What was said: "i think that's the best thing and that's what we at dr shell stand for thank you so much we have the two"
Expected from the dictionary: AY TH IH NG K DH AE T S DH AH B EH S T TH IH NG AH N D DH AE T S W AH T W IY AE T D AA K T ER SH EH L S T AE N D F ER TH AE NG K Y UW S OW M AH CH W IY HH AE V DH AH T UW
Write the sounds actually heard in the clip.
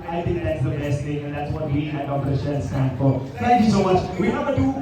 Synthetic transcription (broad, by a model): AY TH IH NG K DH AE T S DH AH B EH S T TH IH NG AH N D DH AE T S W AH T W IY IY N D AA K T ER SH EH N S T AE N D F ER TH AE NG K Y UW S OW M AH CH W IY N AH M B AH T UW